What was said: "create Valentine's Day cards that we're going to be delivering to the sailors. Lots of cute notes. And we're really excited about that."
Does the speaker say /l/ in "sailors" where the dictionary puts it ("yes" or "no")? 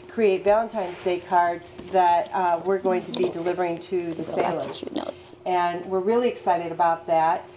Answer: no